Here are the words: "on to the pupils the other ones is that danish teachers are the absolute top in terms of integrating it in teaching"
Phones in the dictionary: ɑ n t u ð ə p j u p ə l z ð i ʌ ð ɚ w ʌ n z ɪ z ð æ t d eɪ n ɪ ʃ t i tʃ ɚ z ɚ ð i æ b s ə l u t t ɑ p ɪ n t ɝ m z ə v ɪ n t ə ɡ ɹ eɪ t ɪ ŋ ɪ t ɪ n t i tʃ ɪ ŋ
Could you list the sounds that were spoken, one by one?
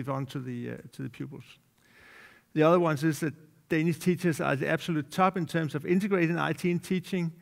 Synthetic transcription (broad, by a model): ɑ n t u ð ə p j u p l s ð i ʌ ð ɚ w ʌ n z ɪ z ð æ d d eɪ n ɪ s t i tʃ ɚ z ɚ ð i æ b s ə l u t s ɑ b ɪ n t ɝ m s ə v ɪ n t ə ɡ ɹ eɪ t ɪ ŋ ɪ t ɪ n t i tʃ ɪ ŋ